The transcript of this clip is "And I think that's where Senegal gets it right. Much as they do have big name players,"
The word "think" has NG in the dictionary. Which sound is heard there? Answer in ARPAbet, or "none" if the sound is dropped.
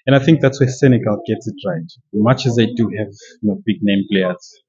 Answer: NG